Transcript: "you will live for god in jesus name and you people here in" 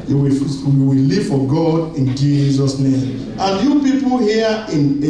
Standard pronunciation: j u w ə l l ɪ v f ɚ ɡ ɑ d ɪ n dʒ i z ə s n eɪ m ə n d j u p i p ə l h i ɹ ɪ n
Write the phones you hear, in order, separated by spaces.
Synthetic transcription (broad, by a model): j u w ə w l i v f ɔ ɡ ɑ d ɪ n dʒ i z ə s n eɪ m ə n j u p i p ə l h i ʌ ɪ n